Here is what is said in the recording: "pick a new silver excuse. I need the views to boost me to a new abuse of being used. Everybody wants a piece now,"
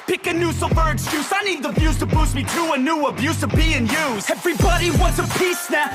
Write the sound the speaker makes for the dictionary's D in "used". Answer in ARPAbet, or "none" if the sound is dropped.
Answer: none